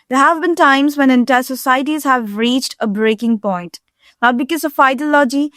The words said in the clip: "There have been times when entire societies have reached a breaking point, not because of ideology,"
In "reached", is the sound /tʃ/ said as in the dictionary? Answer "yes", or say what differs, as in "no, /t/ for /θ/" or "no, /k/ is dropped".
yes